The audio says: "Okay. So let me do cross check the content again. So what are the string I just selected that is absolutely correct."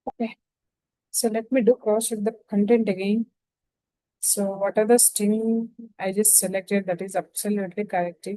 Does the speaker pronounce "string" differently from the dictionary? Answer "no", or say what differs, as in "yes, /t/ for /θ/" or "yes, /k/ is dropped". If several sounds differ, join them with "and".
yes, /ɹ/ is dropped